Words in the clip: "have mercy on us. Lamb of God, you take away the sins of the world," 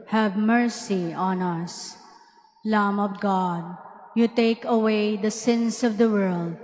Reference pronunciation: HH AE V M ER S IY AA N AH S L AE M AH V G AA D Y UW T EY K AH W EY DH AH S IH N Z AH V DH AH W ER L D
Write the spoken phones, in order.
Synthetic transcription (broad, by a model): HH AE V M ER S IY AA N AH S L AE M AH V G AA D Y UW T EY K AH W EY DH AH S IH N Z AH V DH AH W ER L D